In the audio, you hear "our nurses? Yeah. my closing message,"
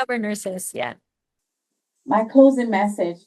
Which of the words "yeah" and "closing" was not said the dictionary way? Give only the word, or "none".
none